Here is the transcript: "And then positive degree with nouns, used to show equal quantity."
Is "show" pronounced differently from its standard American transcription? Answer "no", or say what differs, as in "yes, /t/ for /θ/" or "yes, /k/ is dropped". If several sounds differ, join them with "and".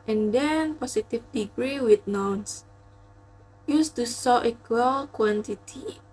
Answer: yes, /s/ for /ʃ/